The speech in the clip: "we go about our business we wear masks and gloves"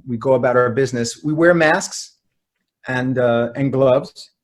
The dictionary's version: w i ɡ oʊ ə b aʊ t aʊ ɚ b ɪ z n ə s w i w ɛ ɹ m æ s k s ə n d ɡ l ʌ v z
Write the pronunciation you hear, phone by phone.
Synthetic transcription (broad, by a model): w i ɡ oʊ ə b aʊ t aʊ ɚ b ɪ z n ə s w i w ɛ ɹ m æ s k s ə n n ɡ l ʌ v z